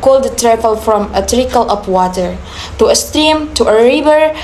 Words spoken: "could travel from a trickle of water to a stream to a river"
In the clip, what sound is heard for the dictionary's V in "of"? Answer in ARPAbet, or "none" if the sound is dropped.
P